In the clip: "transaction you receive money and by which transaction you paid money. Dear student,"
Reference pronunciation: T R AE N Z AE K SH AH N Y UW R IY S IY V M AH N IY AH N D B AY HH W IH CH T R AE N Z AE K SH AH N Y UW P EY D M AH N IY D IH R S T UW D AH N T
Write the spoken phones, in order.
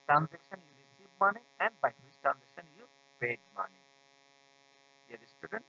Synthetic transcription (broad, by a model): T R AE N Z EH K SH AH N Y UW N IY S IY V M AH N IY AH N D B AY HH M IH S T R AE N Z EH K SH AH N Y UW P EY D M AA N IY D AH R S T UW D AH N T